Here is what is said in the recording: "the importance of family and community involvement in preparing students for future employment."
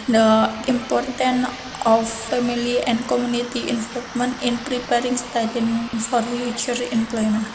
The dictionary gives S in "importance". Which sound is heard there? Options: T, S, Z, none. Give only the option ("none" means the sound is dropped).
none